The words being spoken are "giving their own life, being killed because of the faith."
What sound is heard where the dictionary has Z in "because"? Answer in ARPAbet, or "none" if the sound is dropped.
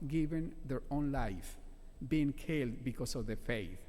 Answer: S